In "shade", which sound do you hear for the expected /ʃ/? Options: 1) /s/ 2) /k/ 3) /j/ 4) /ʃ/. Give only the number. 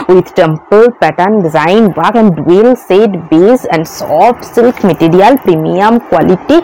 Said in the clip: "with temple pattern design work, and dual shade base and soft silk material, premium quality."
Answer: 1